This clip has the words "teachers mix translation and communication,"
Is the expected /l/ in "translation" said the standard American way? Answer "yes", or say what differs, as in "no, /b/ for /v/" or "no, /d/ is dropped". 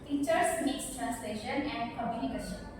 yes